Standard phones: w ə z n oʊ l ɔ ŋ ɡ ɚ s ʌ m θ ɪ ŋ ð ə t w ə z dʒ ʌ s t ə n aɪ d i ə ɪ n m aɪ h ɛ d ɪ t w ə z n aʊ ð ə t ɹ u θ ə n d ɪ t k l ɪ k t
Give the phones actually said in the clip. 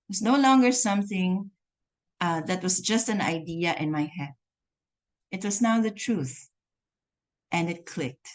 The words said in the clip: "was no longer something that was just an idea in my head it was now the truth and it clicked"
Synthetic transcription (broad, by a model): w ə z n oʊ l ɔ ŋ ɡ ɚ s ʌ m θ ɪ ŋ ð ə t w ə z dʒ ʌ s t ə n aɪ d i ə ɪ n m aɪ h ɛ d ɪ t w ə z n aʊ ð ə t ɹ u θ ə n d ɪ t k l ɪ k t